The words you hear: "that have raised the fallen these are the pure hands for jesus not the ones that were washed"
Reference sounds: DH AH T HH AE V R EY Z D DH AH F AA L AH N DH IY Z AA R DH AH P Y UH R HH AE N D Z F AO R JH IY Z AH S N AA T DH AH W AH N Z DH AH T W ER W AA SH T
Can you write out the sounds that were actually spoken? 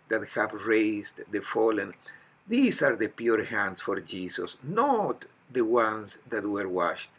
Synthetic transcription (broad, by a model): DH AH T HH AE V R EY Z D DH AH F AA L AH N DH IY S AA R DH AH P Y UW R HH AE N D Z F AO R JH IY S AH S N AA T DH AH W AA N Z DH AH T W ER W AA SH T